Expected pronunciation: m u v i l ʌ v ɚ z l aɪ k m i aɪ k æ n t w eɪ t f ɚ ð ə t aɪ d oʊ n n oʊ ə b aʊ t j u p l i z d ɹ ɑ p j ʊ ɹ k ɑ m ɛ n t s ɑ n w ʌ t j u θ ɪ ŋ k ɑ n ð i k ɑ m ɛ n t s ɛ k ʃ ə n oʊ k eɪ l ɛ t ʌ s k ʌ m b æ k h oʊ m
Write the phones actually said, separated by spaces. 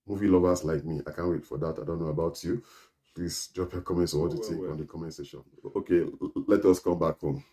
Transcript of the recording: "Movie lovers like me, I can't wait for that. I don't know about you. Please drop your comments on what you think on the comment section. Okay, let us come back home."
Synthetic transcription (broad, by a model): m u v i l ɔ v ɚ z l aɪ k m i aɪ k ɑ n w eɪ t f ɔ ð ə t aɪ d oʊ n n oʊ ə b aʊ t j u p l i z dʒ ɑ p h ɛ k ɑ m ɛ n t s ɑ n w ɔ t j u t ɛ k ɑ n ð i k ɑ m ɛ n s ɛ ʃ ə n oʊ k eɪ l ɛ t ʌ s k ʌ m b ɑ k h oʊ m